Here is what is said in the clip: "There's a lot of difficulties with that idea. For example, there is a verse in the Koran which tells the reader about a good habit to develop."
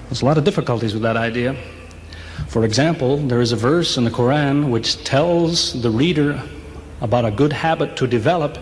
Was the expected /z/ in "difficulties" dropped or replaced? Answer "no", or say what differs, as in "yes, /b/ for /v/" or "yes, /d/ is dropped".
no